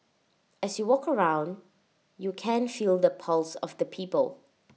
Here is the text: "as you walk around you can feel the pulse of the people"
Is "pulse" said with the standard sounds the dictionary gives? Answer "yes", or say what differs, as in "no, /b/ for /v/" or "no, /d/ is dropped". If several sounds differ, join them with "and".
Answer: yes